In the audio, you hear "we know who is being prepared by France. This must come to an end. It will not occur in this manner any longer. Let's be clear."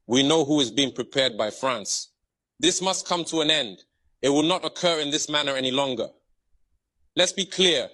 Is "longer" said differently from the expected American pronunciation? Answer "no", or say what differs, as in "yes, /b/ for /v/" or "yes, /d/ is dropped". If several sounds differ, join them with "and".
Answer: no